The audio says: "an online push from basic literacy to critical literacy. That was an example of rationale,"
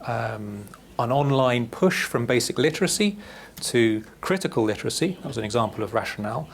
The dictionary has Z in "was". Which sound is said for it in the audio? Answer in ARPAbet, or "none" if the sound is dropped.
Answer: Z